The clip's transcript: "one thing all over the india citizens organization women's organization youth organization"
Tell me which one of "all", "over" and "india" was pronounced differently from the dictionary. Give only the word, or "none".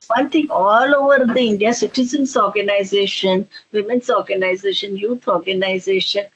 none